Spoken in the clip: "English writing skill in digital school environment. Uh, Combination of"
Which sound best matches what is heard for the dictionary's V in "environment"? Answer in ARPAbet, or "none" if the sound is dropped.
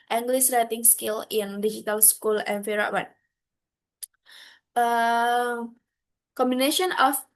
F